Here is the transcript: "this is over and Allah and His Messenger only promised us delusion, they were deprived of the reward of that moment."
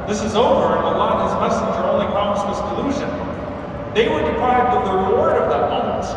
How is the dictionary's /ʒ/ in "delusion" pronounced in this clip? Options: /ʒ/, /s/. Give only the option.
/ʒ/